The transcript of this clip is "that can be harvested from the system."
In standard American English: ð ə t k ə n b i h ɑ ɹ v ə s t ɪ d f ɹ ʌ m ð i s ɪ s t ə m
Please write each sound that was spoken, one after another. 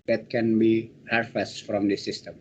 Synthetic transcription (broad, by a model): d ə t k ə n b i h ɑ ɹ f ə s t f ɹ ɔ m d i s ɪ s t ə m